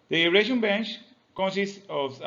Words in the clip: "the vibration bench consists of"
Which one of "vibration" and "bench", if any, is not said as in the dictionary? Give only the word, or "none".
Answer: vibration